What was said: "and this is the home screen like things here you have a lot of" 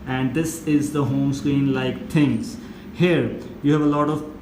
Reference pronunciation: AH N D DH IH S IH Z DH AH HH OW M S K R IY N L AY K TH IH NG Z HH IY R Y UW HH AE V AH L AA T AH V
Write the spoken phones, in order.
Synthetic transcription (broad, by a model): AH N D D IH S IH Z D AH HH OW M S K R IY N L AY K T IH NG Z HH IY R Y UW HH AE V AH L AA T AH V